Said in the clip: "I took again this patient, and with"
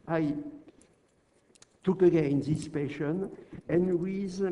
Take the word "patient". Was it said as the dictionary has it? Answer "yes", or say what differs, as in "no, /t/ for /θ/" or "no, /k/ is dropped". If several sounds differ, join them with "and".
no, /t/ is dropped